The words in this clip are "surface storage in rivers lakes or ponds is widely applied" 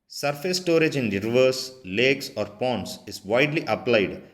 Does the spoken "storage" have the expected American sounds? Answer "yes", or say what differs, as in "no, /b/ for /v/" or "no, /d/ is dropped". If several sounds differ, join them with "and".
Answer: yes